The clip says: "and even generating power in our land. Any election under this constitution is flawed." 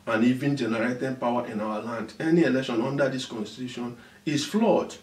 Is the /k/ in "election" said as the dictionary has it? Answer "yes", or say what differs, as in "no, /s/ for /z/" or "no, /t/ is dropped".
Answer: yes